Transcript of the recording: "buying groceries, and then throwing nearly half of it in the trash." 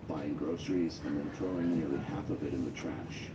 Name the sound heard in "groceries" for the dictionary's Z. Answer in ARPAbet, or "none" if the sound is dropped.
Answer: Z